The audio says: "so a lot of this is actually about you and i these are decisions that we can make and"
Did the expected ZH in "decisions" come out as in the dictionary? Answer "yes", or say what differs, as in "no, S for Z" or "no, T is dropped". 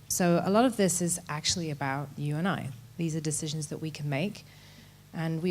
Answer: yes